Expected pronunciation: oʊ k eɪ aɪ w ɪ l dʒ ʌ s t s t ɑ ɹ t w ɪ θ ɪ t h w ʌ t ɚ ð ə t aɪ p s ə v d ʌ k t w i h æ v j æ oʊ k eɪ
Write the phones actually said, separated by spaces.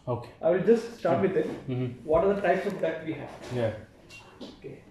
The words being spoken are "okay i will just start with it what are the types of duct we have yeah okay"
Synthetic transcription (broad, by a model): oʊ k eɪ aɪ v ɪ l dʒ ʌ s t s t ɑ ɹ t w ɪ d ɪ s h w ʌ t ɚ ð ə t aɪ p s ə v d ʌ t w i h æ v j æ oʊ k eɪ